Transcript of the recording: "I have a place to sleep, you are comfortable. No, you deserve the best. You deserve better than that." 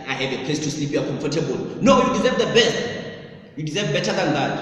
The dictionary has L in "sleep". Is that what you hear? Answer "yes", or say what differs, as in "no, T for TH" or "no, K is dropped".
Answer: no, L is dropped